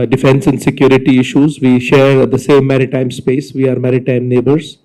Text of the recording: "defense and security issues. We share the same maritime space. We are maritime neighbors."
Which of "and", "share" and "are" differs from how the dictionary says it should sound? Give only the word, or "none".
none